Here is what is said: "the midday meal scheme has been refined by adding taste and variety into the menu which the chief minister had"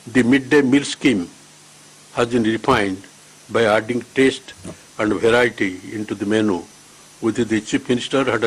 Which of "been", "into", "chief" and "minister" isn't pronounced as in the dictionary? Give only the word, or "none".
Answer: chief